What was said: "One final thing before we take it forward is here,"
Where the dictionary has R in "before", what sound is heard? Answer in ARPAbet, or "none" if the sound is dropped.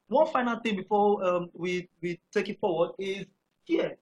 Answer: W